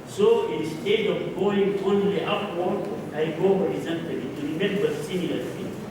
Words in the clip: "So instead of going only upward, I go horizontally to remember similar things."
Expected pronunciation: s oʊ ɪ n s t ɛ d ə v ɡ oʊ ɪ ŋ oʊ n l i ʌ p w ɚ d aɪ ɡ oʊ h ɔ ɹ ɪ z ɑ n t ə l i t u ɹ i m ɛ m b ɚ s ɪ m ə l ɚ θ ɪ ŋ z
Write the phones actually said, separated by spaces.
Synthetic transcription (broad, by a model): s oʊ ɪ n s t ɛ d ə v ɡ oʊ ɪ ŋ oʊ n l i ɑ f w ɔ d aɪ ɡ oʊ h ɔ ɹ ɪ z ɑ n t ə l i t u ɹ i m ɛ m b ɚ s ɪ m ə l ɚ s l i